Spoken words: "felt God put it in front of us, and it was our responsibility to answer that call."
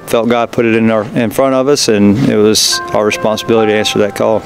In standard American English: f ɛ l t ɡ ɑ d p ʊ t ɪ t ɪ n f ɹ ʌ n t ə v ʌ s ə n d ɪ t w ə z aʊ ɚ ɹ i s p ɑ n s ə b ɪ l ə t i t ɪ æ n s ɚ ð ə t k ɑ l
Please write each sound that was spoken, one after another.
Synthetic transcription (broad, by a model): f ɛ l t ɡ ɑ d p ʊ t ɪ t ɪ n f ɹ ʌ t ə v ʌ s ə n ɪ t w ə z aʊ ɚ ɹ i s p ɑ n s ə b ɪ l ə t i t ɪ æ n s ɚ ð ə t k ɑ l